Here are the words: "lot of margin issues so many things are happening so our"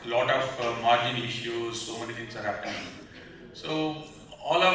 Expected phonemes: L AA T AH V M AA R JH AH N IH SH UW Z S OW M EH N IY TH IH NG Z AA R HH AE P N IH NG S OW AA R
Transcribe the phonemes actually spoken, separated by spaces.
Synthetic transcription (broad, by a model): L AA T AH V M AA R JH AH N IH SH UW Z S OW M EH N IY T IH NG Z AA R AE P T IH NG S OW AA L